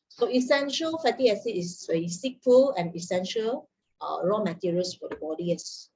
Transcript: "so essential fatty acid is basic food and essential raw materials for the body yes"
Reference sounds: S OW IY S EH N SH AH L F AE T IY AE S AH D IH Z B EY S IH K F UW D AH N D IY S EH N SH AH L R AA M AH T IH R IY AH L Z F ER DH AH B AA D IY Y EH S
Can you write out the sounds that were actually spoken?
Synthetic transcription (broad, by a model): S OW IY S EH N SH AH L F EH T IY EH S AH IH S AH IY S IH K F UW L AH N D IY S EH N SH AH L R AA M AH T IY R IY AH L S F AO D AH B AA D IY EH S